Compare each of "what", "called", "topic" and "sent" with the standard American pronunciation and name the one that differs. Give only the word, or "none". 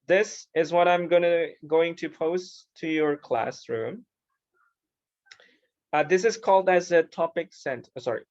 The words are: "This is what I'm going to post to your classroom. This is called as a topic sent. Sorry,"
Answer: none